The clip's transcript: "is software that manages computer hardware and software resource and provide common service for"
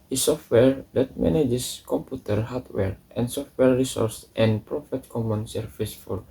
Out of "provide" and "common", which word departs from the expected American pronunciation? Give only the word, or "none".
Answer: provide